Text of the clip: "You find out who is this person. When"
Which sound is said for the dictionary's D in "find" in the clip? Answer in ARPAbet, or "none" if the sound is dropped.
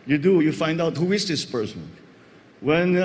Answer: D